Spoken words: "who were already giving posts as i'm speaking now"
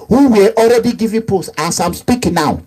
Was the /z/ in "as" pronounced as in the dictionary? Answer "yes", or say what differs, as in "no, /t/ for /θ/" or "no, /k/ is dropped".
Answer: no, /s/ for /z/